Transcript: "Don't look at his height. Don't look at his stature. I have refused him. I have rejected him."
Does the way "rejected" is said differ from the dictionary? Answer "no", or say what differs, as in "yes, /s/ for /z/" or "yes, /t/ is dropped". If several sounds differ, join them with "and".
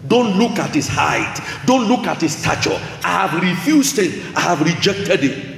no